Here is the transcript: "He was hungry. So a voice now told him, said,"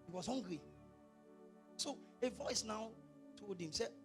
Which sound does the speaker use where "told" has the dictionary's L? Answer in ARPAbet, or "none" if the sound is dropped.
none